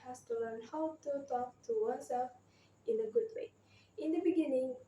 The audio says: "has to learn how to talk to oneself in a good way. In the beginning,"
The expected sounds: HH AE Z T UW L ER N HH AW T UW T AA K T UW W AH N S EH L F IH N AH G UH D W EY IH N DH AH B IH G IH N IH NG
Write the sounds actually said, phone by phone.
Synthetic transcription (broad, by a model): HH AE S T UW L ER N HH AW T UW T AA K T UW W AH S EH L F IH N AH G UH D W EY IH N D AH B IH G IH N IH NG